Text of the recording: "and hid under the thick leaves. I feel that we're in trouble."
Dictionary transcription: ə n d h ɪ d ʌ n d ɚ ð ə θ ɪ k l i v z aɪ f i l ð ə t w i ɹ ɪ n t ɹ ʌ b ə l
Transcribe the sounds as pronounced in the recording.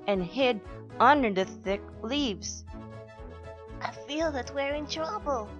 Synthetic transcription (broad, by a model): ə n h ɪ d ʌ n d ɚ ð ə θ ɪ k l i v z aɪ f i l ð ə t w i ɹ ɪ n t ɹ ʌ b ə l